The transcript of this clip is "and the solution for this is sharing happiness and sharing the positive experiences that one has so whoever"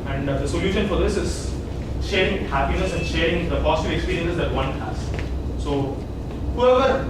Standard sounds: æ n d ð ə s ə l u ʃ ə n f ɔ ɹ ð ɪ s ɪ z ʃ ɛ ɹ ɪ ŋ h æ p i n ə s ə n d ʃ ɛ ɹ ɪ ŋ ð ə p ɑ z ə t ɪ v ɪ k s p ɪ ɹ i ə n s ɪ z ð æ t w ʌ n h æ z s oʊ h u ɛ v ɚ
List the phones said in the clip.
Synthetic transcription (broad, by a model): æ n d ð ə s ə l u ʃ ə n f ɔ ɹ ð ɪ s ɪ z ʃ ɛ ɹ ɪ ŋ h æ p i n ə s ə n d ʃ ɛ ɹ ɪ ŋ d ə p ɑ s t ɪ ɪ k s p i ɹ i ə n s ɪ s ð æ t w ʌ n h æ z s oʊ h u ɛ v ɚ